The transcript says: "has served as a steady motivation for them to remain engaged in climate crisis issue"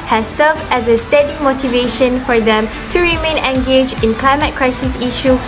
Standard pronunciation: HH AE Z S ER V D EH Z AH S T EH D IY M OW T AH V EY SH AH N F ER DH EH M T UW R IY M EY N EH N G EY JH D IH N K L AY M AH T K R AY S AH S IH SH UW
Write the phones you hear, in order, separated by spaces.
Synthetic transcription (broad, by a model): HH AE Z S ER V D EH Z AH S T EH D IY M OW T AH V EY SH AH N F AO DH EH M T UW R IY M EY N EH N G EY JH IH N K L AY M AH T K R AY S AH S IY SH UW